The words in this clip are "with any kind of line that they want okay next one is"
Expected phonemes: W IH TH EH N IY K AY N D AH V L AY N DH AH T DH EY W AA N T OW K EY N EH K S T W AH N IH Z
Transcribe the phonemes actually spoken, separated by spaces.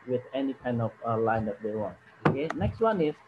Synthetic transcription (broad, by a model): W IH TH EH N IY K AY N D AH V L AY N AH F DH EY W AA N OW K EY N EH K S T W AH N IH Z